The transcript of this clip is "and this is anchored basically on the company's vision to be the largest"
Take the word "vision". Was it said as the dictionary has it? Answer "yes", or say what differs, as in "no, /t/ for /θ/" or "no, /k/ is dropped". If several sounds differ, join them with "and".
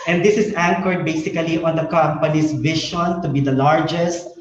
no, /ʃ/ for /ʒ/